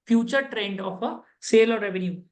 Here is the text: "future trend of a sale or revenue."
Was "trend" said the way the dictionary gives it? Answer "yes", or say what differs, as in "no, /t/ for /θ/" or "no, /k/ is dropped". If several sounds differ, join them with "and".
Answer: yes